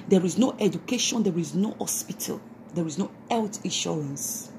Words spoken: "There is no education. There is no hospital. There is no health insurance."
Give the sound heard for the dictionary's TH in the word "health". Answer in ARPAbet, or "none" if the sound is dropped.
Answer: T